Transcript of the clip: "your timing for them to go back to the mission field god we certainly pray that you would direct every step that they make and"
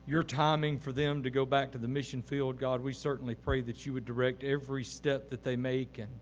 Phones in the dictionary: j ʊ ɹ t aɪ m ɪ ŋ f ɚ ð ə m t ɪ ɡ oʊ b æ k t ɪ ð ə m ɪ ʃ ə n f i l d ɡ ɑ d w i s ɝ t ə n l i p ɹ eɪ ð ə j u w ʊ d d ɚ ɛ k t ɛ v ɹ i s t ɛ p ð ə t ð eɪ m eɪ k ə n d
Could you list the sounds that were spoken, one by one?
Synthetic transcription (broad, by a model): j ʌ ɹ t aɪ m ɪ ŋ f ɚ ð ə m t ɪ ɡ oʊ b æ k t ɪ ð ə m ɪ ʃ ə n f i l d ɡ ɑ d w i s ɝ t n l i p ɹ eɪ ð ə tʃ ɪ w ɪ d d ɚ ɛ k t ɛ v ɹ i s t ɛ p ð ə t ð eɪ m eɪ k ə n